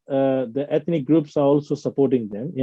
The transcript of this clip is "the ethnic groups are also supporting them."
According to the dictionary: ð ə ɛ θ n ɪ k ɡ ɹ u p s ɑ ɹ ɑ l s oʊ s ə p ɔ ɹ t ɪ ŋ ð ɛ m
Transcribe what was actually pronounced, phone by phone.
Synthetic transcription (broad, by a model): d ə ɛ t n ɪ k ɡ ɹ u p s ɑ ɹ ɑ l s oʊ s ə p ɔ ɹ t ɪ ŋ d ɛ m